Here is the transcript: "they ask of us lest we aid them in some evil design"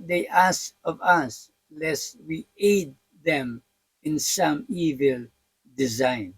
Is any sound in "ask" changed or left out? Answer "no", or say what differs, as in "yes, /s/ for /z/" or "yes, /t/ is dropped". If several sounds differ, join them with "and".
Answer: yes, /k/ is dropped